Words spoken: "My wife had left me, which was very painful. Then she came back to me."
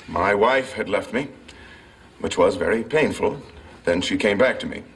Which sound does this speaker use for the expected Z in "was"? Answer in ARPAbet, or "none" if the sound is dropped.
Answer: Z